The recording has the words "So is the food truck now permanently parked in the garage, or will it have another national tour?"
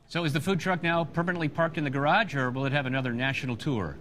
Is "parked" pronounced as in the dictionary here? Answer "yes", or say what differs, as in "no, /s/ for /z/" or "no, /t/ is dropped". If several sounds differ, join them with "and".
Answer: yes